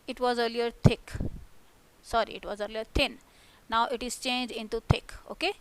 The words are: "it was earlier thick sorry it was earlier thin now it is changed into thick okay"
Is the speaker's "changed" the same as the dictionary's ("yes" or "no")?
no